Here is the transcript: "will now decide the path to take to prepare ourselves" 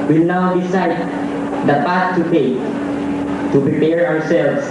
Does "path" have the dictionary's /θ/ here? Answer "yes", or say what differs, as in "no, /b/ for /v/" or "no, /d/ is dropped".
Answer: no, /t/ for /θ/